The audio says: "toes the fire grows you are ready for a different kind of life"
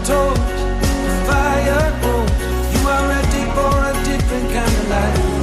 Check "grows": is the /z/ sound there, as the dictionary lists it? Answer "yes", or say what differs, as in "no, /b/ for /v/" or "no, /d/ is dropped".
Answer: no, /z/ is dropped